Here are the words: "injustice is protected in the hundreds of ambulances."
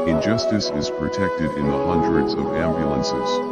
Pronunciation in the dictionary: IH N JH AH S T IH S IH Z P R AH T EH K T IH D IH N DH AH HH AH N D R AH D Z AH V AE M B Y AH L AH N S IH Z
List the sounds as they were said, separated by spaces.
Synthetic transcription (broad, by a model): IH N JH AH S T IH S IH Z P R AH T EH K T IH D IH N DH AH HH AH N D R AH D Z AH V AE M B Y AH L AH N S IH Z